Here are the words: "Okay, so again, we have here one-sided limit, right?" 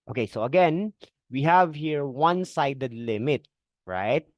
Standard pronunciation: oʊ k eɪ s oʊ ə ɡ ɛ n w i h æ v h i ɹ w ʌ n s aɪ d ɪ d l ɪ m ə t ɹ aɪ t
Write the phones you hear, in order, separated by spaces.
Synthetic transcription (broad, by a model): oʊ k eɪ s oʊ ə ɡ ɛ n w i h æ v h i ɹ w ʌ n s aɪ d ɪ d l ɪ m ə t ɹ aɪ t